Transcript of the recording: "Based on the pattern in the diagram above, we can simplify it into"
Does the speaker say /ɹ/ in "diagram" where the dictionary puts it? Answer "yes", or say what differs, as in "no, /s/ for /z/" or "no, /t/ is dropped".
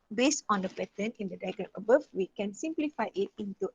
no, /ɹ/ is dropped